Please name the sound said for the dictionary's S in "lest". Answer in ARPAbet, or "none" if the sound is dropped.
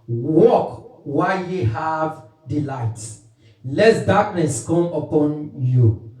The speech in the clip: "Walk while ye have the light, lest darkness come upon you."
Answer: none